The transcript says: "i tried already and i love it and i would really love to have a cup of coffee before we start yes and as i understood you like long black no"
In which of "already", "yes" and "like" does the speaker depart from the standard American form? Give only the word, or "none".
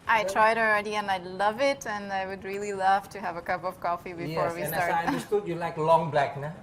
yes